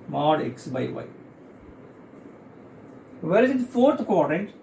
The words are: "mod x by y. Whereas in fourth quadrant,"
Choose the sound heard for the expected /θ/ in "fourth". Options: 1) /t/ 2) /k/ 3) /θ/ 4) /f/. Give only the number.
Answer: 1